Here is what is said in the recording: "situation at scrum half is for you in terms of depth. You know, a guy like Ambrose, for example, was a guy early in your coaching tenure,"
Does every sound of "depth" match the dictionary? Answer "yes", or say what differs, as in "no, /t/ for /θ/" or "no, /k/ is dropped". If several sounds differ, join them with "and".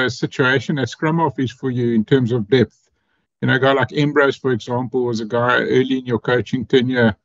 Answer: yes